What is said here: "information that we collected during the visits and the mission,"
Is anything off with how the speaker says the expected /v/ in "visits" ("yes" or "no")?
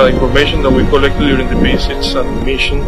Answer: yes